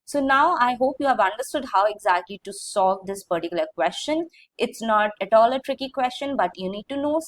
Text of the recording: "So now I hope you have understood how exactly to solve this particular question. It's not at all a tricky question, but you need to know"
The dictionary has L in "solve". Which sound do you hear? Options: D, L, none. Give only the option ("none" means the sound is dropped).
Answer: none